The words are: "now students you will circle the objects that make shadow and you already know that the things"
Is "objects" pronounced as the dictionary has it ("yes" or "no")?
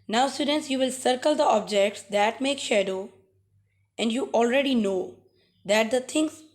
yes